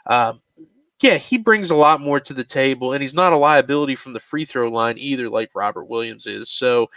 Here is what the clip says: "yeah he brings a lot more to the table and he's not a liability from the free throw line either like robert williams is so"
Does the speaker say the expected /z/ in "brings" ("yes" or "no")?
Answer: yes